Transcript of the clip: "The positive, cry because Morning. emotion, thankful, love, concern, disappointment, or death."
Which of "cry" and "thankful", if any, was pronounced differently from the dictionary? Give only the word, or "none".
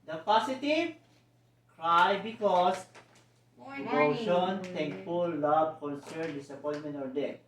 thankful